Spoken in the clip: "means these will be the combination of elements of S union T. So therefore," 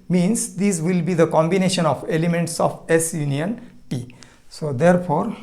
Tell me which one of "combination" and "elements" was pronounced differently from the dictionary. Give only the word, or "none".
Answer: none